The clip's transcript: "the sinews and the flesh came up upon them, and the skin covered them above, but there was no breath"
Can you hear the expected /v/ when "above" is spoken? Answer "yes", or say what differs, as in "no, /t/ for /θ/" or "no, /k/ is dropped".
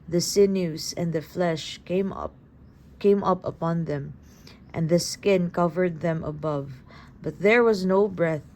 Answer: yes